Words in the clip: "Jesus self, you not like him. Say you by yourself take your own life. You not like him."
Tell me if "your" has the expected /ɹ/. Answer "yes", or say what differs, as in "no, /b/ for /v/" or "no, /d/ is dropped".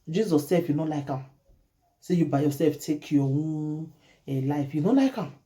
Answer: no, /w/ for /ɹ/